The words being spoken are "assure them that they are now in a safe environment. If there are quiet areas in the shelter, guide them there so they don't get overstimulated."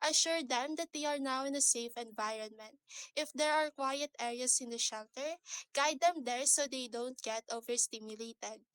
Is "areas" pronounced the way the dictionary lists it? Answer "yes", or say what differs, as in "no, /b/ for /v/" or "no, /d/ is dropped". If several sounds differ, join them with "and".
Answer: no, /s/ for /z/